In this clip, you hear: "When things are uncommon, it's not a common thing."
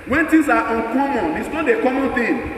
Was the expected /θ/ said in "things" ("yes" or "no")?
no